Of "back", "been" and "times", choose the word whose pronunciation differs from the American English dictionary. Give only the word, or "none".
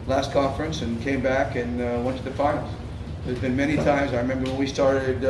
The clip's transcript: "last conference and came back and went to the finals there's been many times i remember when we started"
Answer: none